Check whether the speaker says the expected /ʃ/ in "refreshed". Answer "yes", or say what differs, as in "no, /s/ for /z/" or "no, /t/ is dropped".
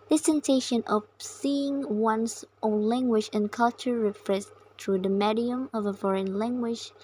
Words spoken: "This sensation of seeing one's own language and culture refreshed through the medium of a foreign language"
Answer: no, /s/ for /ʃ/